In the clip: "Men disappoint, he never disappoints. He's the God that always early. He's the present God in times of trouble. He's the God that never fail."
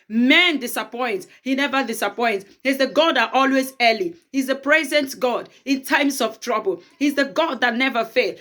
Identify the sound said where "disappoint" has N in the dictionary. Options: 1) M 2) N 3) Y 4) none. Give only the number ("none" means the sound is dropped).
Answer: 2